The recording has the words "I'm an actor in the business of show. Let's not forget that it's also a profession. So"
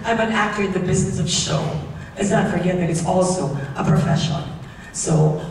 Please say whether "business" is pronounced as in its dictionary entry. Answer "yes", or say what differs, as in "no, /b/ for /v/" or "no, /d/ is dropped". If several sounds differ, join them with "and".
yes